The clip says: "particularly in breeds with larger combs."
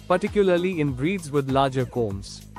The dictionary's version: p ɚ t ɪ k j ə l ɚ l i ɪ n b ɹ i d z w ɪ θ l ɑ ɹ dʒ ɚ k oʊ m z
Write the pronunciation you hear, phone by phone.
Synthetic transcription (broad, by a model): p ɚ t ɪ k j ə l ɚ l i ɪ n b ɹ i d z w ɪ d l ɑ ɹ dʒ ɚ k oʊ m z